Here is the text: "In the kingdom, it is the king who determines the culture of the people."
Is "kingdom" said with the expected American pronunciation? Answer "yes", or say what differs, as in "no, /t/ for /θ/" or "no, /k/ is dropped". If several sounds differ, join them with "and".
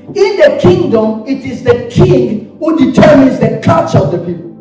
yes